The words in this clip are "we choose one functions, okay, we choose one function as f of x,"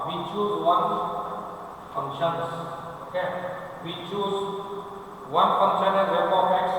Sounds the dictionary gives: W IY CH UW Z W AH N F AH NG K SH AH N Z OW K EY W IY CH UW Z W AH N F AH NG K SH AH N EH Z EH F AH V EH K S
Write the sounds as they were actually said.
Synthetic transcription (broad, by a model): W IY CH UW S W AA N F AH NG SH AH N S OW K EY W IY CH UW S W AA N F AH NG SH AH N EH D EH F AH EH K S